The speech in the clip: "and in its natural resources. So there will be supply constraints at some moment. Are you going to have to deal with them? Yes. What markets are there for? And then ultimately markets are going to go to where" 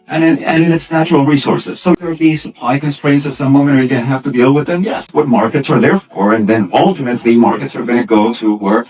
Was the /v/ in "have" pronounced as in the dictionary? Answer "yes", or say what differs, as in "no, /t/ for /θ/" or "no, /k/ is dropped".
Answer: no, /f/ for /v/